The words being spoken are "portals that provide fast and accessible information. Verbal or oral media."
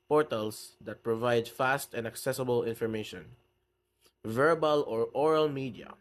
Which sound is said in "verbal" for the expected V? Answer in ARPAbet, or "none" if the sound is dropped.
V